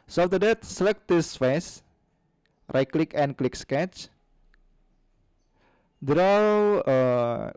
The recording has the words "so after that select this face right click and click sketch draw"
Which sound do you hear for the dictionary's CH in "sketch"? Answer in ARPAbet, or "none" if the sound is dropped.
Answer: CH